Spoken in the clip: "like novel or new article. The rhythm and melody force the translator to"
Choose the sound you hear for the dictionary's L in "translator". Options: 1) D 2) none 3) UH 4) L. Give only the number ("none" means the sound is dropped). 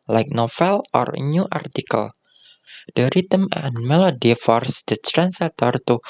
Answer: 2